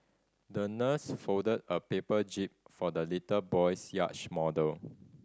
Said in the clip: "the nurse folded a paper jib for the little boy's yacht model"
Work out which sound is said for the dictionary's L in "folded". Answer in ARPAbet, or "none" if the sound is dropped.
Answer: none